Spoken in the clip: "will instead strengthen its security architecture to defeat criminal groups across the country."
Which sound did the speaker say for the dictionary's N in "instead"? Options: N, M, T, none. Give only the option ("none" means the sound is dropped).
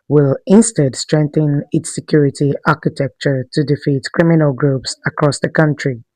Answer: N